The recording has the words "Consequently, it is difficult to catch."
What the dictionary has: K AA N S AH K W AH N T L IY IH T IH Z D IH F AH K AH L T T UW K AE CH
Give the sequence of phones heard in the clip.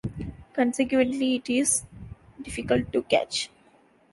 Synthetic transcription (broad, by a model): K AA N S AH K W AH N T L IY IH T IH Z D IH F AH K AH L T T UW K AE CH